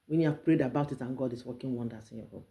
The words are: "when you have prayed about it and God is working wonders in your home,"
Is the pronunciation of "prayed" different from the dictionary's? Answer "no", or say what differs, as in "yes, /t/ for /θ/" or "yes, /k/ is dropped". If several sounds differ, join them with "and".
no